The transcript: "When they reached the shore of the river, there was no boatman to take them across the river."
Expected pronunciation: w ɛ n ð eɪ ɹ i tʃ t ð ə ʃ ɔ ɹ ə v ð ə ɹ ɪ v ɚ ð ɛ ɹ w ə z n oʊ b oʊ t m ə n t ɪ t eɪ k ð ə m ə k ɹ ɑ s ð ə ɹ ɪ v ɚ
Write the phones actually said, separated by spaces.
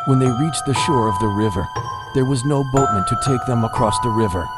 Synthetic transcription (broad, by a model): w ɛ n ð eɪ ɹ i tʃ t ð ə ʃ ɔ ɹ ə v ð ə ɹ ɪ v ɚ ð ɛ ɹ w ə z n oʊ b oʊ t m ə n t ɪ t eɪ k ð ə m ə k ɹ ɑ s ð ə ɹ ɪ v ɚ